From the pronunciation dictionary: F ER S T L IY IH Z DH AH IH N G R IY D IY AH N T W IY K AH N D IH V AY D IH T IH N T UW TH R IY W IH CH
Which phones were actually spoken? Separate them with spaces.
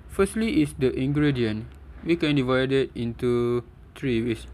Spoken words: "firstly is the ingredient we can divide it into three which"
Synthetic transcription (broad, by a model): F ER S T L IY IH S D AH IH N G R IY D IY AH N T W IY K AH N D IH V AY D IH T IH N T UW T R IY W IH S